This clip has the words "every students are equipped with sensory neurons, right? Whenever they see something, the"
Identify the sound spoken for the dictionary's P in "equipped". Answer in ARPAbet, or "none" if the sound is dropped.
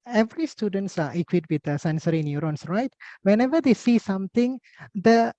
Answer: none